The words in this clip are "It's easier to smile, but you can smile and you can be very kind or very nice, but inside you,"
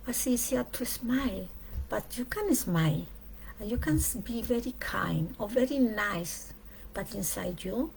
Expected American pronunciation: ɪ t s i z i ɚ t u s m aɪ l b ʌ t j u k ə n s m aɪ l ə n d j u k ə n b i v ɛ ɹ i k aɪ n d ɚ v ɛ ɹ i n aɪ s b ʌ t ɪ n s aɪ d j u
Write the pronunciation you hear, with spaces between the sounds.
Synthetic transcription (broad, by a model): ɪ s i s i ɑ t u s m aɪ l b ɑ t j u k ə n s m aɪ l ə j u k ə n b i v ɛ ɹ i k aɪ n d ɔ v ɛ ɹ i n aɪ s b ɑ t ɪ n s aɪ d j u